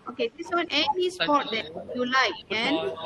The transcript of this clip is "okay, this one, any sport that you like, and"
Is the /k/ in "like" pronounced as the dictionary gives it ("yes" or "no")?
no